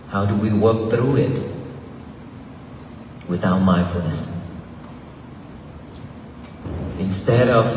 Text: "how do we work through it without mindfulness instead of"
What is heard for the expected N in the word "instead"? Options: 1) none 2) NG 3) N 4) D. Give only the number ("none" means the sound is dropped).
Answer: 3